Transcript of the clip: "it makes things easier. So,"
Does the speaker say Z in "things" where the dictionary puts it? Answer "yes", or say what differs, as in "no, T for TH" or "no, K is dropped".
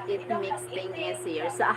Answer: no, Z is dropped